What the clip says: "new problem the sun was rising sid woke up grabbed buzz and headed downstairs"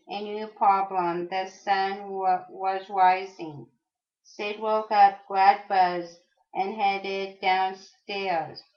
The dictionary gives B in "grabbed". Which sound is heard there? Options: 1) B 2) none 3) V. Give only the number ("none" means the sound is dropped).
2